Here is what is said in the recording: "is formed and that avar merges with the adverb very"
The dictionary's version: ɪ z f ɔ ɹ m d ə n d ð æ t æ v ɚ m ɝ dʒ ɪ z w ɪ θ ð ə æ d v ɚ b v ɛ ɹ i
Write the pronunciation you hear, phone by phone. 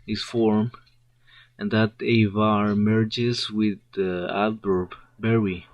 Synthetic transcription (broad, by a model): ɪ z f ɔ ɹ m ə n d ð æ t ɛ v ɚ m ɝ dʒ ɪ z w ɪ ð ə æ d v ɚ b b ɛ ɹ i